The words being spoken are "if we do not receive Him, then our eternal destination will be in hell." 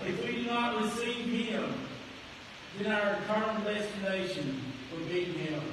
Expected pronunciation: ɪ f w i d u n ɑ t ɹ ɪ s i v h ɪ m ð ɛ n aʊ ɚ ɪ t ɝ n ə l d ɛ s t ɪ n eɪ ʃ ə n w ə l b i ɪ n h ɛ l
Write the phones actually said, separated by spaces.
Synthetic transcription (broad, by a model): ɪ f w i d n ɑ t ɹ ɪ s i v h ɪ m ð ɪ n aʊ ɚ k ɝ ə n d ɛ s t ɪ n eɪ ʃ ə n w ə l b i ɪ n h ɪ